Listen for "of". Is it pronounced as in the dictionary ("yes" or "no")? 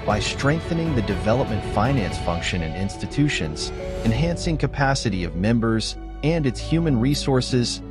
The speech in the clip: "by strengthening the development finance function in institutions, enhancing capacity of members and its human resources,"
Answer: yes